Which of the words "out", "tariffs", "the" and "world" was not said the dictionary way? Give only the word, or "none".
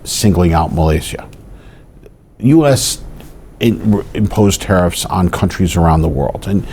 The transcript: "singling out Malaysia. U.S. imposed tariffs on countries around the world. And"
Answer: none